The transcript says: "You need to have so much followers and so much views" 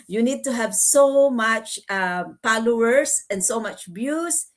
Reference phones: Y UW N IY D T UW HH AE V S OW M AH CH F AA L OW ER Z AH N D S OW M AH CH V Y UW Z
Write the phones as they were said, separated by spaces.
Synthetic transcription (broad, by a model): Y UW N IY D T UW HH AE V S OW M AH CH P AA L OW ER S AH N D S OW M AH CH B Y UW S